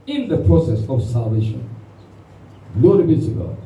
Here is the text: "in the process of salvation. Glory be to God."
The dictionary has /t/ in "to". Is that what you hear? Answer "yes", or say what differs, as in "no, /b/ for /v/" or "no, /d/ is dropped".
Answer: no, /s/ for /t/